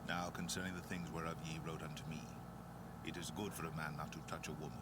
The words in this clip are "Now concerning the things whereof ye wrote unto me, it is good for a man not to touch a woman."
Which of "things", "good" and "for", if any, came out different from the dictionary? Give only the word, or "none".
none